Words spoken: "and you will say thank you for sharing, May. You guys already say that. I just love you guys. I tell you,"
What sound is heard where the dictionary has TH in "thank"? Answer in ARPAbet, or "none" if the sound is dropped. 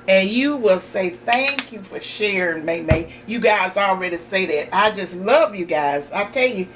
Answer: TH